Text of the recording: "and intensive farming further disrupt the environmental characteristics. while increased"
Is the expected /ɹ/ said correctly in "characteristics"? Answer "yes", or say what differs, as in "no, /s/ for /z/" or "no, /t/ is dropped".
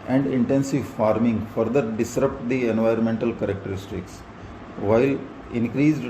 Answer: yes